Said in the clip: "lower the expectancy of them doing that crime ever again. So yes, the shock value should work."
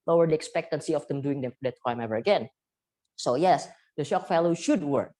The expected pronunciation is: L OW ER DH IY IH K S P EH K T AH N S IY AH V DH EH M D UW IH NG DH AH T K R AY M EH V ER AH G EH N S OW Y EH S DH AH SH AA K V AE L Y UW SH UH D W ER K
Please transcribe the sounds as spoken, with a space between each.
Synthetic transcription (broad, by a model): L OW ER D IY IH K S P EH K T AH N S IY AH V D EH M D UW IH NG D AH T K R AY M EH V ER AH G EH N S OW Y EH S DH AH SH AA K F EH L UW SH UH D W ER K